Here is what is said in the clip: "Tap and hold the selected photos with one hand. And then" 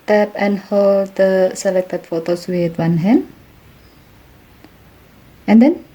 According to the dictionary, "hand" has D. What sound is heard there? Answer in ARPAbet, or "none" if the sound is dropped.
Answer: none